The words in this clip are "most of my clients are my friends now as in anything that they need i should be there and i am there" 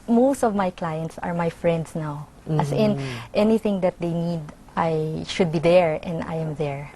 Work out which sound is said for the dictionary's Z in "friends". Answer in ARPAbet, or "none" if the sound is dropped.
S